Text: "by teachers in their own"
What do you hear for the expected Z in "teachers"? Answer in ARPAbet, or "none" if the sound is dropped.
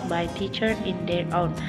none